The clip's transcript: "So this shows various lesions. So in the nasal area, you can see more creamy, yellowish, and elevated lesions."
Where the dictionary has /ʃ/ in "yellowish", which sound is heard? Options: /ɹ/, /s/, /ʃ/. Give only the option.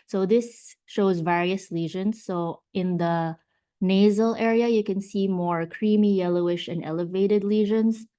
/ʃ/